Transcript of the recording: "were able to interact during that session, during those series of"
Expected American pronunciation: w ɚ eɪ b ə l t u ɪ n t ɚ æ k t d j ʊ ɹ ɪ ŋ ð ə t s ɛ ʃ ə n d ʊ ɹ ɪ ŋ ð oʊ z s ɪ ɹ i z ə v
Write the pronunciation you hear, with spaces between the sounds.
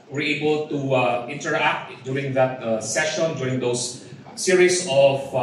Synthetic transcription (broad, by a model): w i eɪ b ə l t u ɪ n t ɚ æ k t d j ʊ ɹ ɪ ŋ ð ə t s ɛ ʃ ə n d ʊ ɹ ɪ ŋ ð oʊ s s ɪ ɹ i s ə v